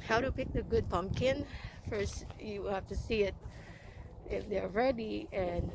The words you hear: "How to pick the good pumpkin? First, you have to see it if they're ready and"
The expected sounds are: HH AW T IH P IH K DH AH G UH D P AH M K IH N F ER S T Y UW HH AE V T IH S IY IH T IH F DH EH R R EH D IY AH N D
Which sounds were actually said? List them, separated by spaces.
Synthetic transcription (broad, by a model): HH AW T IH P IH K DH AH G UH D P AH M K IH N F ER S T Y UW HH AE F T IH S IY IH T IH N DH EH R R EH D IY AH N